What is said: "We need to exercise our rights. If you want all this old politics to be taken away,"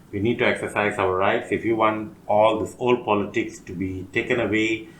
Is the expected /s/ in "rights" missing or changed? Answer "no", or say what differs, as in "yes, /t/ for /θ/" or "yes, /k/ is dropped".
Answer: no